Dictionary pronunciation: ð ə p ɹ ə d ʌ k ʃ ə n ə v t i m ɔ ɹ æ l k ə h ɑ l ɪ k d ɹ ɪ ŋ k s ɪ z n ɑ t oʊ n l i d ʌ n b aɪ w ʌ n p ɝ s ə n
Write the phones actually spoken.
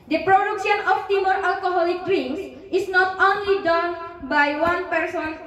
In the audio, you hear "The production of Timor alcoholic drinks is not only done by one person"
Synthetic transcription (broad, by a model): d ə p ɹ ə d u k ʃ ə n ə f t i m ɔ ɹ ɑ l k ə h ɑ l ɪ k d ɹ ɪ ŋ s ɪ s n ɑ t oʊ n l i d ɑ n b aɪ w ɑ n p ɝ s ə n